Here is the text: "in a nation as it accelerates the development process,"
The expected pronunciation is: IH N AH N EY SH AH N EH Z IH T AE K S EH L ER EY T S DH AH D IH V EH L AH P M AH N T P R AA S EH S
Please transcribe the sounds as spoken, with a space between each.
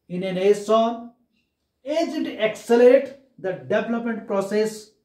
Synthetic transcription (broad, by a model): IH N AH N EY S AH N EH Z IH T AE K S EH L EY T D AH D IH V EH L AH P M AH N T P R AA S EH S